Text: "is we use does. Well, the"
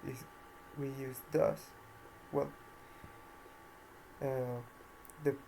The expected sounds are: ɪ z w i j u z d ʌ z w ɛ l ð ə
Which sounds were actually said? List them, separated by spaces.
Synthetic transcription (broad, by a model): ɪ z w i j u z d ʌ s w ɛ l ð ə